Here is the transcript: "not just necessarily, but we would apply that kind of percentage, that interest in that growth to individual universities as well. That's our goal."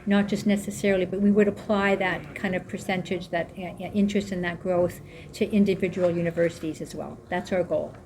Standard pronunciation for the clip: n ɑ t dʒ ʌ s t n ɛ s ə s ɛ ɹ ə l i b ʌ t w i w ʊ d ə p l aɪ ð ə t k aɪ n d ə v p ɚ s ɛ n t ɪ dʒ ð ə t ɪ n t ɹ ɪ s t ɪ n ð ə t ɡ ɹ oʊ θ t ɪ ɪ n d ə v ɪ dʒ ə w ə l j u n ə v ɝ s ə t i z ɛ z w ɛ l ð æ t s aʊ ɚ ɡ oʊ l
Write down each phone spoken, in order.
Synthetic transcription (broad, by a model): n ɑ t dʒ ʌ s t n ɛ s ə s ɛ ɹ l i b ʌ t w i w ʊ d ə p l aɪ ð ə t k aɪ n d ə v p ɚ s ɛ n t ɪ dʒ ð ə t ɪ n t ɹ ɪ s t ɪ n ð ə t ɡ ɹ oʊ θ t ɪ ɪ n d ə v ɪ dʒ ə w l j u n ə v ɝ s ə t i z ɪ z w ɛ l ð æ t s aʊ ɚ ɡ oʊ l